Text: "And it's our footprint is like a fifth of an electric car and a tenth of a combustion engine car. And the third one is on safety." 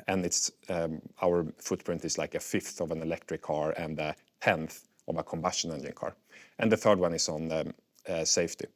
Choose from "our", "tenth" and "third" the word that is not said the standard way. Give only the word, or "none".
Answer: none